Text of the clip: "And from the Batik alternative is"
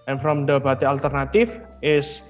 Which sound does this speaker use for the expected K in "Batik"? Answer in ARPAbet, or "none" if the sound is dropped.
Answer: none